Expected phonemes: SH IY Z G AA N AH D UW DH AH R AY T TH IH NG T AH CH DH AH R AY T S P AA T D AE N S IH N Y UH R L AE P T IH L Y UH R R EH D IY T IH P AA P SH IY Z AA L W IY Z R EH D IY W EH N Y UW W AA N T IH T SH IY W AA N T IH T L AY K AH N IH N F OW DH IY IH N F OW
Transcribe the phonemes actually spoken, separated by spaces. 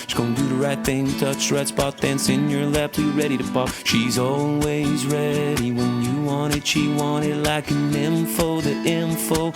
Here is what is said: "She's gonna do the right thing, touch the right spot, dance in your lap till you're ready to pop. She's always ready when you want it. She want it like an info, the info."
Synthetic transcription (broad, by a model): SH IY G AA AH D UW DH AH R AY T TH IH NG T AH CH R AY T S B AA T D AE N S IH N Y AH R L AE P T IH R R EH D IY T IH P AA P SH IY Z AA L W IY Z R EH D IY W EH N Y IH W AA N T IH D SH IY W AA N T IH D L AY K AH N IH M F OW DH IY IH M F OW